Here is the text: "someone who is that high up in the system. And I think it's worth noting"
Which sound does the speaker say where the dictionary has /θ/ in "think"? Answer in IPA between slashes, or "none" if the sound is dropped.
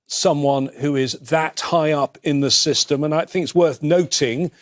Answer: /θ/